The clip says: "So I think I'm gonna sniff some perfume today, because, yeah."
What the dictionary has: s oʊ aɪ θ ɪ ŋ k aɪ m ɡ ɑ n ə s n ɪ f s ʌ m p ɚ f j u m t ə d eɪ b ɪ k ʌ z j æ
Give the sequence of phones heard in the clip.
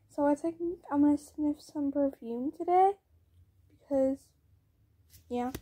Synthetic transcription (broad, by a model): s oʊ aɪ s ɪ k aɪ m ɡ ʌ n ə s n ɪ f s ʌ m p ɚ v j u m t ə d eɪ b ɪ k ʌ z j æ